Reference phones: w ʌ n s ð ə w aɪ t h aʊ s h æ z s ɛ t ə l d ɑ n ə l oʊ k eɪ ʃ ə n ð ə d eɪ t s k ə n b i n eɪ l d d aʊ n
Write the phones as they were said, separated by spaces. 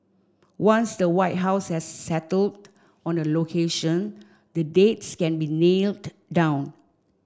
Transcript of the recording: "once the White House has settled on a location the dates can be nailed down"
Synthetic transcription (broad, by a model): w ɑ n s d ə w aɪ t h aʊ s h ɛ s ɛ t ə l d ɑ n ə l oʊ k eɪ ʃ ə n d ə d eɪ t s k ə n b i n eɪ l d d aʊ n